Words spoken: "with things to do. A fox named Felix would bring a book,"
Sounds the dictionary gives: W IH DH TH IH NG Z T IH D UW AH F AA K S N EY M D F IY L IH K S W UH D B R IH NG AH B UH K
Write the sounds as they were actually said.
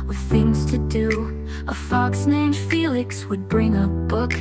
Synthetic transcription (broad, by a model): W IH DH TH IH NG Z T IH D UW AH F AA K S N EY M F IY L IH K S W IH D B R IH NG AH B UH K